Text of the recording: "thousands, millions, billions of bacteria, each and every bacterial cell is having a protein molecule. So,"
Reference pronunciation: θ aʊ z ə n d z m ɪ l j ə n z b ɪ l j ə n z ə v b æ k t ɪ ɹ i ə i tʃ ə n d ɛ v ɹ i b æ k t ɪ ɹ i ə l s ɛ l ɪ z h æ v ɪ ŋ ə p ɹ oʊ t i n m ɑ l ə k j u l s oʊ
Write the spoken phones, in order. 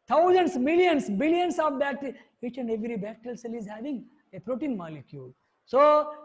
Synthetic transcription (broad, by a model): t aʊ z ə n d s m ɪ l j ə n s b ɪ l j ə n s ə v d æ t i i tʃ ə n d ɛ v ɹ i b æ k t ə l s ɛ l ɪ z h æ v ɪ ŋ ə p ɹ oʊ t i n m ɑ l ə k j u l s oʊ